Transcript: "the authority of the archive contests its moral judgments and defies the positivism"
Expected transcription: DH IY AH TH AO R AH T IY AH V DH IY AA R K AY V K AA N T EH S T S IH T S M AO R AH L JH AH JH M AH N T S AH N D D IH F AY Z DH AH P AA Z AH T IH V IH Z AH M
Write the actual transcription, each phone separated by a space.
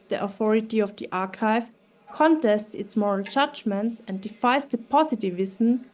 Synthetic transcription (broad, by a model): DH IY AH TH AO R AH T IY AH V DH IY AA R K AY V K AA N T EH S T S IH T S M AO R AH L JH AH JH M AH N T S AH N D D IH F AY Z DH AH P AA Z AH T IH V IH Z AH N